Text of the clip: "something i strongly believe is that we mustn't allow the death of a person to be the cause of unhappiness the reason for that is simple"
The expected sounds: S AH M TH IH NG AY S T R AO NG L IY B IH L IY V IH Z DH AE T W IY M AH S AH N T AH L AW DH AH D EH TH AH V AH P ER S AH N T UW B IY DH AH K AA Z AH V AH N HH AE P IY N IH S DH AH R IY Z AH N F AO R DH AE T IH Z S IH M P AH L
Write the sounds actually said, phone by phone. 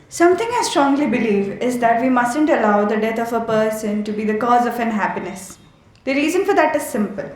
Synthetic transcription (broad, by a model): S AH M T IH NG AY S T R AO NG L IY B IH L IY V IH Z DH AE T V IY M AH S AH N T AH L AW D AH D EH T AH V AH P ER S AH N T UW B IY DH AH K AA Z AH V AH N HH AE P IY N IH S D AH R IY Z AH N F AO R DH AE T IH Z S IH M P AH L